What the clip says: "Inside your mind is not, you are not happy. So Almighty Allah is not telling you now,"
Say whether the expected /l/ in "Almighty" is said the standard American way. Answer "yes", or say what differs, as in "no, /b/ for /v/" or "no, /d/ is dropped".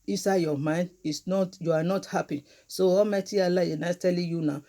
no, /l/ is dropped